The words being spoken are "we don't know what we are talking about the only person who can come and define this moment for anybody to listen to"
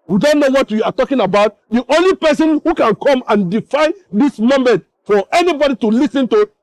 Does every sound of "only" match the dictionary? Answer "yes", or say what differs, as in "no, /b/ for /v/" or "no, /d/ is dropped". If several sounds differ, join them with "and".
yes